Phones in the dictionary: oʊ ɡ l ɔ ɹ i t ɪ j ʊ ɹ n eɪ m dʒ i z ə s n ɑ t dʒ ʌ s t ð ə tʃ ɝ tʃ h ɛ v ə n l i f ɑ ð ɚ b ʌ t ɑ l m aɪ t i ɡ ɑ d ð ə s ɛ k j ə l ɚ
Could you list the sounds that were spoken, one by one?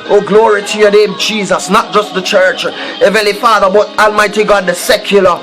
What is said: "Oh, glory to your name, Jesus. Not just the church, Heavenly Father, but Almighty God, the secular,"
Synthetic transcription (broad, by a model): oʊ ɡ l ɔ ɹ i t ɪ j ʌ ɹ n eɪ m dʒ i z ə s n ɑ t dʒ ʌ s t ð ə tʃ ɝ tʃ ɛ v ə l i f ɑ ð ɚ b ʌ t ɑ l m aɪ t i ɡ ɑ d ð ə s ɛ k j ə l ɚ